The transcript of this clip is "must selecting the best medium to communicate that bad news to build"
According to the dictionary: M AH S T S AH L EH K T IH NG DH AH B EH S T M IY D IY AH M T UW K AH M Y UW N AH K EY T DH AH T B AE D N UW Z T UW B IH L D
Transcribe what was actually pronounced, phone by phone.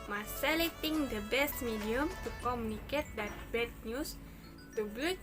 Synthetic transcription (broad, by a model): M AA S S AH L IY T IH NG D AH B EH S T M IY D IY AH M T UW K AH M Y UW N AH K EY T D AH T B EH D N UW S T UW B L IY